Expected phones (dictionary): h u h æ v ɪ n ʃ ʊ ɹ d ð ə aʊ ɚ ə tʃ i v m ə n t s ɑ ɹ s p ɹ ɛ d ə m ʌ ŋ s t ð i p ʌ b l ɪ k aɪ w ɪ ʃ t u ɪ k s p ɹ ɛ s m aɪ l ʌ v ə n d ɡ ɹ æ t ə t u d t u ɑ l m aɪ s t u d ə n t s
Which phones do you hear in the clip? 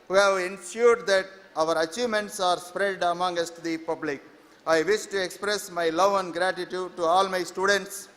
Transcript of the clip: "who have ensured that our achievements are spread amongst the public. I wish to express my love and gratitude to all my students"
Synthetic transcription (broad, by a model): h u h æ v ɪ n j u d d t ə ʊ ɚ ə tʃ i v m ə n t s ɑ ɹ s p ɹ ɛ d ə m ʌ ŋ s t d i p ʌ b l ɪ k aɪ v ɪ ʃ t u ɪ k s p ɹ ɛ s m aɪ l ʌ v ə n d ɡ ɹ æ t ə t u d t u ɑ l m aɪ s t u d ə n t s